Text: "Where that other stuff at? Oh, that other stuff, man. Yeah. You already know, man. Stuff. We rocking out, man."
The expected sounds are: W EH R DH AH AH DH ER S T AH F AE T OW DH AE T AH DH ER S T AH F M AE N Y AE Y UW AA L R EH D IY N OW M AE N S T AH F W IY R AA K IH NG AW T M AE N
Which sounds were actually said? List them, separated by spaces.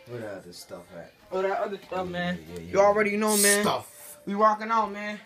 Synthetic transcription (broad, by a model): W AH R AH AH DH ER S T AH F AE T OW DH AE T AH DH ER S T AH F M AE N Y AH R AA L R EH D IY N OW M AE N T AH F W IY W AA K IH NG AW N M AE N